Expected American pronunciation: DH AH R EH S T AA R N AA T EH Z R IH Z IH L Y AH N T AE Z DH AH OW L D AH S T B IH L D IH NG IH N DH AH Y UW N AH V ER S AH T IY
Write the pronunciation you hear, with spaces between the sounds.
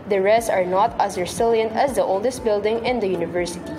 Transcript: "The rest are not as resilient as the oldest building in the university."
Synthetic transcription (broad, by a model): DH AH R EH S AA R N AA T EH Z R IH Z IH L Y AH N T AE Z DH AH OW L D AH S T B IH L D IH NG IH N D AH Y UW N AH V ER S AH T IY